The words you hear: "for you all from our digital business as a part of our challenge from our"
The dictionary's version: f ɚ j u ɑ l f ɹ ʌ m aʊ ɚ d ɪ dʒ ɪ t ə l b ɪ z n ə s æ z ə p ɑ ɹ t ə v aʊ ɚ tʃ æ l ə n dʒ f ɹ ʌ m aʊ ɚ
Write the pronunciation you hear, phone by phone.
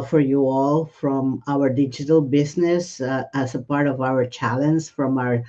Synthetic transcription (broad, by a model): f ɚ j u ɑ l f ɹ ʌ m aʊ ɚ d ɪ dʒ ɪ t ə l b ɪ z n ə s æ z ə p ɑ ɹ t ə v aʊ ɚ tʃ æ l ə n z f ɹ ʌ m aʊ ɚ